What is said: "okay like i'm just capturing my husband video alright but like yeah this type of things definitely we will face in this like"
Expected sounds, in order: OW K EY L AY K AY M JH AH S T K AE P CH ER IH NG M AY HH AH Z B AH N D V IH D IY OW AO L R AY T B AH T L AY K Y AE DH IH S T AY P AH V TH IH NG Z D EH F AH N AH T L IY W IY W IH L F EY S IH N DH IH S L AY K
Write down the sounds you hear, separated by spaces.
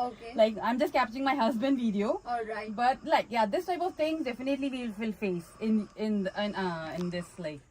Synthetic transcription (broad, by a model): OW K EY L AY K AY M JH AH S T K AE P CH ER IH NG M AY HH AH Z B AH N D V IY D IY OW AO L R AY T B AH T L AY K Y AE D IH S T AY P AH V T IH NG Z D EH F AH N AH T L IY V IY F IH L F EY S IH N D IH S L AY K